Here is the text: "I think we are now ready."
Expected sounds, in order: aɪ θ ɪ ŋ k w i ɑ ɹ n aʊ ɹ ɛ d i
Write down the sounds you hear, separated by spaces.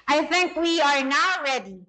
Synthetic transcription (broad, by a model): aɪ θ ɪ ŋ k w i ɑ ɹ n aʊ ɹ ɛ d i